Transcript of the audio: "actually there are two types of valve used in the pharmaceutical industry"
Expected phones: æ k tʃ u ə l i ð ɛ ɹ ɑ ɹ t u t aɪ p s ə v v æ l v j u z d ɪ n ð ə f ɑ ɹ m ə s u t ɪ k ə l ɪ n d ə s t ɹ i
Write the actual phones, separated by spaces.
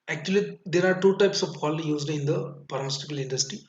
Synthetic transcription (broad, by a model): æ k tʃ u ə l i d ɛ ɹ ɑ ɹ t u t aɪ p s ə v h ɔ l j u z d ɪ n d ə p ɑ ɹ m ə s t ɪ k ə l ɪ n d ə s t ɹ i